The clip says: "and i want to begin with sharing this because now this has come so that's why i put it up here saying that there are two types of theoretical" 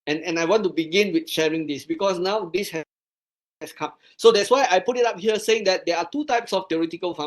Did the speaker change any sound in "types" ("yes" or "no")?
no